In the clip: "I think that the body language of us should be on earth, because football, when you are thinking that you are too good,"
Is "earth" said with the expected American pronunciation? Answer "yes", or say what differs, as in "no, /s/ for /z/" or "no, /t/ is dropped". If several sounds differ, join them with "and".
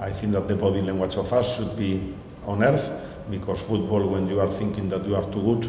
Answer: yes